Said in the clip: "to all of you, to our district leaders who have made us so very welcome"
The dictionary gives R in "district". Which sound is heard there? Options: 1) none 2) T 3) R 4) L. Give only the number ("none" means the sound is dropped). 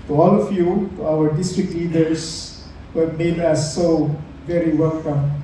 3